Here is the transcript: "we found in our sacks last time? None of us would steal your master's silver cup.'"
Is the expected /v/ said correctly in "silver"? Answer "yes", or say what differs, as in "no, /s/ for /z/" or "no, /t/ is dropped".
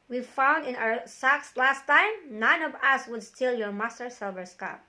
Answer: no, /b/ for /v/